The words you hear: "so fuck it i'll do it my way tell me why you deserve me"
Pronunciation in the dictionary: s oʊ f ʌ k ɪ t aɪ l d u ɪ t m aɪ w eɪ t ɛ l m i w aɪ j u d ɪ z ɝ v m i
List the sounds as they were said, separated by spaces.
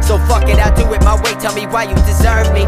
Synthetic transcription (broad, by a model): s oʊ f ʌ k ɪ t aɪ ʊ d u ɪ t m aɪ w eɪ t ɛ l m i w aɪ j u d ɪ z ɝ v m i